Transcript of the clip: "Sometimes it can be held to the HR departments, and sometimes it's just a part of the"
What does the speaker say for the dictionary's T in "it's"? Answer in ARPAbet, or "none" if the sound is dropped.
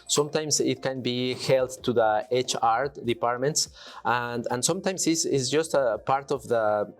S